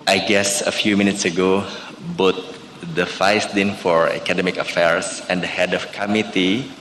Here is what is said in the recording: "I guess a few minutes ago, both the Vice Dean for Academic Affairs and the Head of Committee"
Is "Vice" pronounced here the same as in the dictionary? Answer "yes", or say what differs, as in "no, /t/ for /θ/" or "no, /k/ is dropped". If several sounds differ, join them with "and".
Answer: no, /f/ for /v/